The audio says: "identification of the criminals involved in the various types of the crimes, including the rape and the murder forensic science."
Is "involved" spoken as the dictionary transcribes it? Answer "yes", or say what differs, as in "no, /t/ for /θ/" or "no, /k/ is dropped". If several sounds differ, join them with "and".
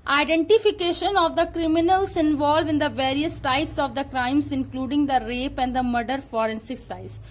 no, /d/ is dropped